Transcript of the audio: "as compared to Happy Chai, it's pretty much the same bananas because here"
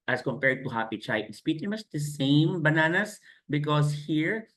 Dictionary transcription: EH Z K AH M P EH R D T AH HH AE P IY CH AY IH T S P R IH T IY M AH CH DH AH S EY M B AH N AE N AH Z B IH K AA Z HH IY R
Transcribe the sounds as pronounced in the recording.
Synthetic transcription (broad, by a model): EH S K AH M P EH R D T AH HH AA P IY CH AY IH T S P IY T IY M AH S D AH S EY M B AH N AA N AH S B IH K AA S HH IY R